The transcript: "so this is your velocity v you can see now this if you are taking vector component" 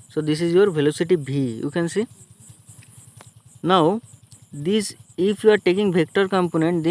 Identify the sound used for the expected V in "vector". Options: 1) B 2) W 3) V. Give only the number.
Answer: 1